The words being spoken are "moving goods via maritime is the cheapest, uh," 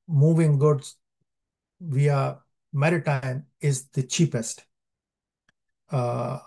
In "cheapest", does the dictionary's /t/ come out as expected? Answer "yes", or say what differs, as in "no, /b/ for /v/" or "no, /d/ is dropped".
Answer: yes